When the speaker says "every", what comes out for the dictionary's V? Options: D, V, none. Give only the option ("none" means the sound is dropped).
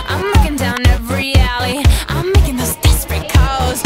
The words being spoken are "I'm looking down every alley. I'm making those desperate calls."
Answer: none